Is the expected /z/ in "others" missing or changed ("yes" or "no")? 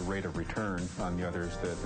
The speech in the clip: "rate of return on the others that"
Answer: no